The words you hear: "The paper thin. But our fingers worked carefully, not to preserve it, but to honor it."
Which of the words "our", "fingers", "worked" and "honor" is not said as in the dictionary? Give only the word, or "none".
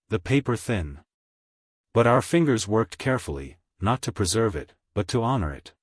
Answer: none